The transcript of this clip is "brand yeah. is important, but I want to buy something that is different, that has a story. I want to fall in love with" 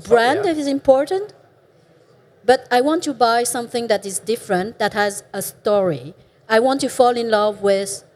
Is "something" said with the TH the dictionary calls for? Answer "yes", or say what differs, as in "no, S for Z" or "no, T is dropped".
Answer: yes